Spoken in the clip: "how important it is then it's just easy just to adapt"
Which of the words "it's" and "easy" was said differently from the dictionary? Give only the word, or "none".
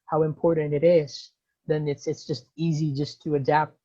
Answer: none